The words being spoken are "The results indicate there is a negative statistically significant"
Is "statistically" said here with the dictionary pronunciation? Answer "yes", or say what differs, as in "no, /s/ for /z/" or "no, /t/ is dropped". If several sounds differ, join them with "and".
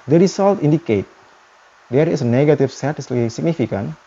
no, /l/ is dropped